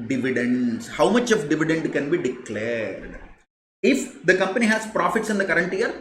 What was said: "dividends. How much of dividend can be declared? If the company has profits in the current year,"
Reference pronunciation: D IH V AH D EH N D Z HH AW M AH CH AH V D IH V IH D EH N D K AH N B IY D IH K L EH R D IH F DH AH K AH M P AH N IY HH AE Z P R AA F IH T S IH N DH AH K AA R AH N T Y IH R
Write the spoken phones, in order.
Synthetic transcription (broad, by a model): D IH V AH D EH N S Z HH AW M AH CH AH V D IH V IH D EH N D K AH N B IY D IH K L EH R D IH F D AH K AH M P AH N IY HH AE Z P R AA F IH T S IH N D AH K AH R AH N T Y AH R